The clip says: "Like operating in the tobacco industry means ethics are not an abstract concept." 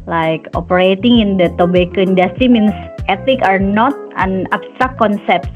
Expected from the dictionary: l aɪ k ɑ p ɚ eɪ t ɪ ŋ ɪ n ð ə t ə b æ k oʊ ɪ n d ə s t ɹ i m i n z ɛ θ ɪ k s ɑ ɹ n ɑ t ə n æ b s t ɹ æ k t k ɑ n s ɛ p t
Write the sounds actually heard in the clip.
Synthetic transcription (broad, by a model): l aɪ k ɑ p ɚ eɪ t ɪ ŋ ɪ n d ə t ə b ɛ k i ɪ n d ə s t ɹ i m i n s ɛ t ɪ k ɑ ɹ n ɑ t ə n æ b s t ɹ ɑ k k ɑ n s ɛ p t